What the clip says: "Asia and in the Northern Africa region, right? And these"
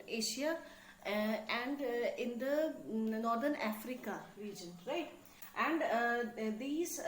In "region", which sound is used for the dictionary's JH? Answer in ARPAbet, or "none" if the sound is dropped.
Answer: JH